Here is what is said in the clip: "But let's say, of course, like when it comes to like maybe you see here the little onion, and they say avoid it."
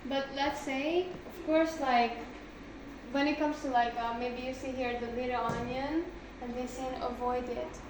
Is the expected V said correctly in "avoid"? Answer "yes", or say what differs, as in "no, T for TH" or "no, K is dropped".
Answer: yes